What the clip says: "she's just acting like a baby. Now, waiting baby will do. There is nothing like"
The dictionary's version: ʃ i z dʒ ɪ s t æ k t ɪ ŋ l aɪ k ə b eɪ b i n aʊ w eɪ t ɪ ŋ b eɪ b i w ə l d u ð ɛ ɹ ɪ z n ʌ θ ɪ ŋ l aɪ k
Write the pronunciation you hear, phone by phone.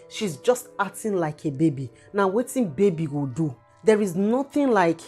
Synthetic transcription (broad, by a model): ʃ i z dʒ ɪ s t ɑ t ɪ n l aɪ k ə b eɪ b i n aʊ w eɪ t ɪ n b eɪ b i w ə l d u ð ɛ ɹ ɪ z n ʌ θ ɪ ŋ l aɪ k